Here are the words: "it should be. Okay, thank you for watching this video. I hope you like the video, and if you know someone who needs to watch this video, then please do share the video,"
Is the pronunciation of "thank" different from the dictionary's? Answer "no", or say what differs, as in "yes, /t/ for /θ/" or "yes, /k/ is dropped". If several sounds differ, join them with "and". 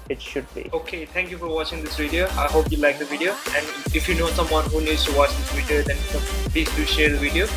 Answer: yes, /t/ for /θ/